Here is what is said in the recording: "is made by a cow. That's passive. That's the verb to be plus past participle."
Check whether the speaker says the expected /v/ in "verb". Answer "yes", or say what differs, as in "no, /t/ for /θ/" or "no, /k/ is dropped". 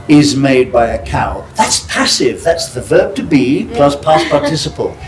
yes